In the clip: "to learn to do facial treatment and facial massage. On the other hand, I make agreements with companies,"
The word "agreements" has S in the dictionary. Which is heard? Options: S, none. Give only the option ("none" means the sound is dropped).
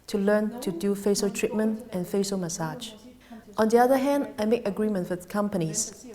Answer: none